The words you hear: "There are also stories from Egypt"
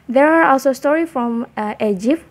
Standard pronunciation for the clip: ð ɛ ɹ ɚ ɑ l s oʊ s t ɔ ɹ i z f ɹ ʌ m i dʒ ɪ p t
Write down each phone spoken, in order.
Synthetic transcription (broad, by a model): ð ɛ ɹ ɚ ɑ l s oʊ s t ɔ ɹ i f ɹ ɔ m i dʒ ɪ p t